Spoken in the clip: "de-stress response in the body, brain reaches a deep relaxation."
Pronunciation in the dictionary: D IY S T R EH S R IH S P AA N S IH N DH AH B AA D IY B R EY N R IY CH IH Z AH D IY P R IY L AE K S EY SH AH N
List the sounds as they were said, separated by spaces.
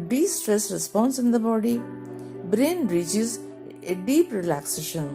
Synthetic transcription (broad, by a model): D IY S T R EH S R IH S P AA N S IH N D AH B AA D IY B R EY N R IY CH IH Z AH D IY P R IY L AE K S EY SH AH N